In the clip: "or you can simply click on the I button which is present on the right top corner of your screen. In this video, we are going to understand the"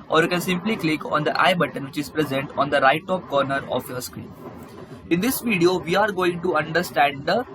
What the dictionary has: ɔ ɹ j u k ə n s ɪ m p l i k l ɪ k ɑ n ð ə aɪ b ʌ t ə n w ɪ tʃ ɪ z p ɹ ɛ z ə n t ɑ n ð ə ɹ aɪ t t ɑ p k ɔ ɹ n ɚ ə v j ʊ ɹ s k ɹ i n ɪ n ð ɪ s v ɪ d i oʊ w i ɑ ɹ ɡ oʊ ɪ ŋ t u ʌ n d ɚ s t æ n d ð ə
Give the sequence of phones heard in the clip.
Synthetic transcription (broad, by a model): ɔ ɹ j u k ə n s ɪ m p l i k l ɪ k ɑ n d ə aɪ b ʌ t ə n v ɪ tʃ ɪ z p ɹ ɛ z ə n t ɑ n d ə ɹ aɪ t t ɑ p k ɔ ɹ n ɚ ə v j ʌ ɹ s k ɹ i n ɪ n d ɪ s v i d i oʊ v i ɑ ɹ ɡ oʊ ɪ ŋ t u ʌ n d ɚ s t æ n d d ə